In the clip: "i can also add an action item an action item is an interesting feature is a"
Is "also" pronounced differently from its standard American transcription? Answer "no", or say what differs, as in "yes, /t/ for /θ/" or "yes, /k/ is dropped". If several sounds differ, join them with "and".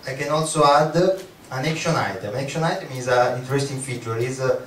no